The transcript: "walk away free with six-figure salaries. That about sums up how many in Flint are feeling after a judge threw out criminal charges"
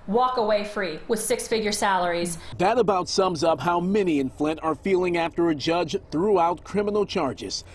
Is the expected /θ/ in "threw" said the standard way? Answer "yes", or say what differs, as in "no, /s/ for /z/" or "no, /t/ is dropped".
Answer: yes